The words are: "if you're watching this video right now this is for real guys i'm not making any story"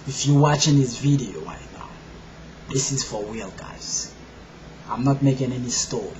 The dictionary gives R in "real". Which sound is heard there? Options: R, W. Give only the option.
W